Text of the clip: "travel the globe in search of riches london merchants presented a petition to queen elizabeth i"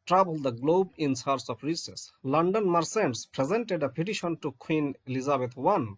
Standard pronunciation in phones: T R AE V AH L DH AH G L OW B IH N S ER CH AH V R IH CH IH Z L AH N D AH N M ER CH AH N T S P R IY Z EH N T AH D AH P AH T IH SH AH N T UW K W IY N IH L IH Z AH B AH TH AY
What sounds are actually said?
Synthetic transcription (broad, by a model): T R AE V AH L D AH G L OW B IH N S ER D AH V R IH S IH S L AH N D AH N M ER S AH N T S P R IY Z EH N T AH D AH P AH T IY SH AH N T UW K W IY N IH L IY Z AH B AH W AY